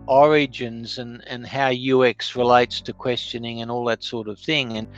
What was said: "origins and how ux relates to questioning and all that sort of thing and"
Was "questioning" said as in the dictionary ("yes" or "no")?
yes